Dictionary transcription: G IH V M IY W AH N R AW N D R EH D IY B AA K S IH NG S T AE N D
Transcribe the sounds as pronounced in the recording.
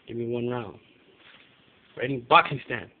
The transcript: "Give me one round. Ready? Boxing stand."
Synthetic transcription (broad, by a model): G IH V M IY W AH N R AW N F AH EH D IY B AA K IH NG S T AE N